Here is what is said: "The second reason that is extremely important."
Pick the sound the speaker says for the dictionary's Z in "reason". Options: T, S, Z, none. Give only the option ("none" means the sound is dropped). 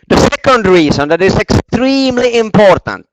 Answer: S